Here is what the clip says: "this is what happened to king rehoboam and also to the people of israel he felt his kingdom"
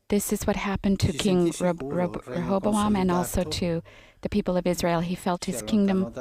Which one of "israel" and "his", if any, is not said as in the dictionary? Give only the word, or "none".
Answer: none